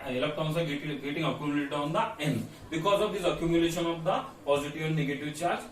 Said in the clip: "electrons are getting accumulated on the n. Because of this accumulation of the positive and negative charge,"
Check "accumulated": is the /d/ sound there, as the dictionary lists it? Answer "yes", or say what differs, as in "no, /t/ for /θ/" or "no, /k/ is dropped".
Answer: no, /d/ is dropped